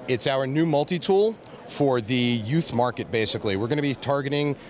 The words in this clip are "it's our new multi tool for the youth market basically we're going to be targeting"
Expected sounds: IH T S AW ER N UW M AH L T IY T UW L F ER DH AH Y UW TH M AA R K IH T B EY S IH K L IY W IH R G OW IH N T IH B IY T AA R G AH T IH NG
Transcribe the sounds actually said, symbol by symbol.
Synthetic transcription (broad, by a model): IH T S AW ER N UW M AH L T IY T UW L F ER DH AH Y UW TH M AA R K IH T B EY S IH K L IY W IH R G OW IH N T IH B IY T AA R G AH T IH NG